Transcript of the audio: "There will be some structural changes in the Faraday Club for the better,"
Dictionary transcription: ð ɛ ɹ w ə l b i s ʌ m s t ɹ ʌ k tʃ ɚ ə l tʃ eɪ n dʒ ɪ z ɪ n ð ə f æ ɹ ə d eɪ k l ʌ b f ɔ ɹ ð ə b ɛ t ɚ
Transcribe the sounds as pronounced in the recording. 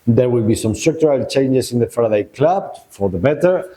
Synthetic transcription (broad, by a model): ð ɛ ɹ w ə l b i s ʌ m s t ɹ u k tʃ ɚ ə l tʃ eɪ n dʒ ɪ s ɪ n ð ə f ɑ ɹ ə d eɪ k l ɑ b f ɔ ɹ ð ə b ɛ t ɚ